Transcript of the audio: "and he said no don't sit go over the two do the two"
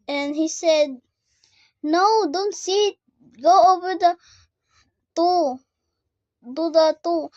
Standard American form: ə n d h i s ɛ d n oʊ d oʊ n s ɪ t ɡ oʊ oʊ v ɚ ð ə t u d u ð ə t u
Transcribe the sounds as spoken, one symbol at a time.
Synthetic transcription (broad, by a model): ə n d h i s ɛ d n oʊ d oʊ n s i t ɡ oʊ oʊ v ɚ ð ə t u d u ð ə t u